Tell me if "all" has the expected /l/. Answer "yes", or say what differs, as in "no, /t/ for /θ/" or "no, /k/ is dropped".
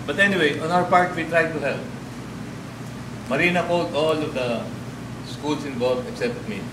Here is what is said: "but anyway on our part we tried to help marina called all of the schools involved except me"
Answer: yes